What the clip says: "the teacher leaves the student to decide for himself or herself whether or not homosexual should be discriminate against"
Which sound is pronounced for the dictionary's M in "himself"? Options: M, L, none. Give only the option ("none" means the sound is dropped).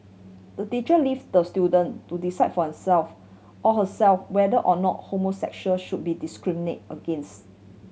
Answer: none